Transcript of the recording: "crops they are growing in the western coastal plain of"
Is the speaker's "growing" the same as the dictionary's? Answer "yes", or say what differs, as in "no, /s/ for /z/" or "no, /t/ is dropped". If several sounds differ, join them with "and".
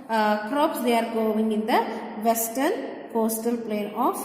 no, /ɹ/ is dropped